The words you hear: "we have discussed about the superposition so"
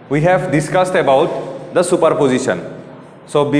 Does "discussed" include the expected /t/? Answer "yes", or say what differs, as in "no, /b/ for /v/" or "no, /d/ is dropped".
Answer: yes